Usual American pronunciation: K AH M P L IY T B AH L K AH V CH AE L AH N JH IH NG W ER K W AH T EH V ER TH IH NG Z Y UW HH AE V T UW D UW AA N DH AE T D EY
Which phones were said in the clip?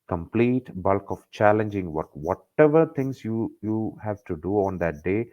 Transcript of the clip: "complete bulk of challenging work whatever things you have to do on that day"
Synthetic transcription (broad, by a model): K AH M P L IY T B AH L K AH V CH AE L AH N JH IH NG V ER K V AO T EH V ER T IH NG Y Y UW HH AE V T UW D UW AA N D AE T D EY